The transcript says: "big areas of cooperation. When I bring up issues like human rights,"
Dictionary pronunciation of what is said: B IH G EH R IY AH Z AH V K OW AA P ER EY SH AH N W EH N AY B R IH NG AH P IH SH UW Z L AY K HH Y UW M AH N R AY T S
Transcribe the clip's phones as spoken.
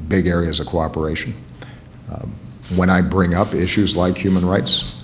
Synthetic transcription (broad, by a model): B IH G EH R IY AH Z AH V K OW AA P ER EY SH N W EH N AY B R IH NG AH P IH SH UW Z L AY K HH Y UW M AH N R AY T S